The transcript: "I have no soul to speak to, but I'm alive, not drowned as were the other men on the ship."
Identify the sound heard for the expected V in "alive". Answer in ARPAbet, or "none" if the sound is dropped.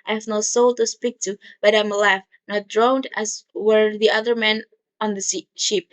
F